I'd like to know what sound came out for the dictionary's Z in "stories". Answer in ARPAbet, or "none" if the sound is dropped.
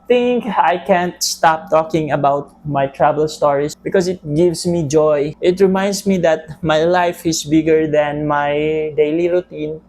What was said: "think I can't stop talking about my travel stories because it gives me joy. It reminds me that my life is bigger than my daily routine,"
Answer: S